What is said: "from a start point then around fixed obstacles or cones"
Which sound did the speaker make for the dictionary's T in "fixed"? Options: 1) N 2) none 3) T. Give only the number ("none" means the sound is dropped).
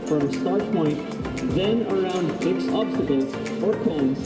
2